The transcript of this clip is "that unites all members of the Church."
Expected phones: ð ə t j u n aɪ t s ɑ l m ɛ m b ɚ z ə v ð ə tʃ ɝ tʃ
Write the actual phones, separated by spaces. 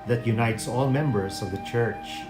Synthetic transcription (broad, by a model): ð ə t j u n aɪ t s ɑ l m ɛ m b ɚ s ə v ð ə tʃ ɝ tʃ